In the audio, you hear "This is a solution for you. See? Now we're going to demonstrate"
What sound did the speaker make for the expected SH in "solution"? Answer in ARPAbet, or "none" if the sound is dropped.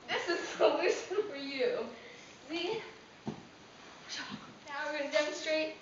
S